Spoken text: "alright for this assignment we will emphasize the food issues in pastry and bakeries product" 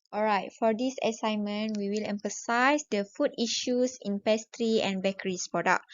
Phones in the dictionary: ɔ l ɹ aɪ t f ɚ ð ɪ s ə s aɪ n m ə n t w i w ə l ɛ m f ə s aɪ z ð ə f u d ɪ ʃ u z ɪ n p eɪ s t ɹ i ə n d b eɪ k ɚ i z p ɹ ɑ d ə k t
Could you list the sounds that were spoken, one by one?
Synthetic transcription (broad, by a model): ɔ l ɹ aɪ t f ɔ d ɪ s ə s aɪ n m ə n w i w ə l ɛ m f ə s aɪ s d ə f u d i ʃ u s ɪ n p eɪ s t ɹ i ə n b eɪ k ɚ i s p ɹ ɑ d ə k